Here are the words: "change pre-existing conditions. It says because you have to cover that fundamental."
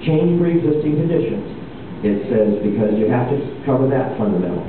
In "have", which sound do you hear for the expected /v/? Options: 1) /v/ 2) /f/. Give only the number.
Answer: 2